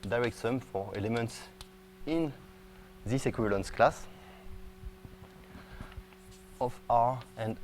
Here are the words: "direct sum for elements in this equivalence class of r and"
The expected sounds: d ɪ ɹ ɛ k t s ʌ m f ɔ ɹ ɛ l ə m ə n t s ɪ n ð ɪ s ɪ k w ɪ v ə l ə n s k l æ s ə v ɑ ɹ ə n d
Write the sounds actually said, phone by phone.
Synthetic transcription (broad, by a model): d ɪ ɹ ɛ k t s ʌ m f ɔ ɹ ɛ l ə m ə n t s ɪ n ð ɪ s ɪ k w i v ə l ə n s k l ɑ s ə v ɑ ɹ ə n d